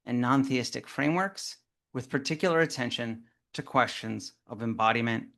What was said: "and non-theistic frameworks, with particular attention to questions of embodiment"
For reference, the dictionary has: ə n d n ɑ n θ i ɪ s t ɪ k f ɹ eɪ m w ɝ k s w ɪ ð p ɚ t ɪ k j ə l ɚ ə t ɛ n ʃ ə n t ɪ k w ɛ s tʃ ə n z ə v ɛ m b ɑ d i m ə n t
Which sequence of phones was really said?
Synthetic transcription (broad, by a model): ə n n ɑ n θ i ɪ s t ɪ k f ɹ eɪ m w ɝ k s w ɪ ð p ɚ t ɪ k j l ɚ ə t ɛ n ʃ ə n t ɪ k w ɛ s tʃ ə n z ə v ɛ m b ɑ d i m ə n t